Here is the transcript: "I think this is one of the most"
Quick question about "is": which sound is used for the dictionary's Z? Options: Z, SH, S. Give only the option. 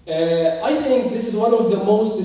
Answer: Z